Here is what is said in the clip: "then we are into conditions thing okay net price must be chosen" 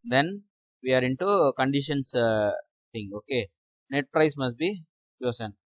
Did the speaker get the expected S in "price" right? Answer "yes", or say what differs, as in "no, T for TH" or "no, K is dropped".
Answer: yes